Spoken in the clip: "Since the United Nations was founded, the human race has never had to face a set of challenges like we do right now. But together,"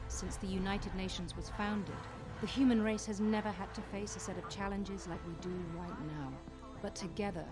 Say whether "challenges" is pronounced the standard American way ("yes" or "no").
yes